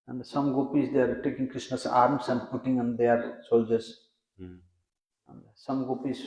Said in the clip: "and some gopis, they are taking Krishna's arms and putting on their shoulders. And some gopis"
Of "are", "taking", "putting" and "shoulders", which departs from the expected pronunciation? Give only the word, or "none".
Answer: shoulders